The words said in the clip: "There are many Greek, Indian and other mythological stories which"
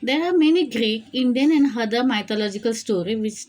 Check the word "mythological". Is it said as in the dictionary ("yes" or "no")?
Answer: no